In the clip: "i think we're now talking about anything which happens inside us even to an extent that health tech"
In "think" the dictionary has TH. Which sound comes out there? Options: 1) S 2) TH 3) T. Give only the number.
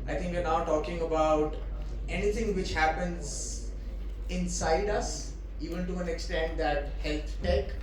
3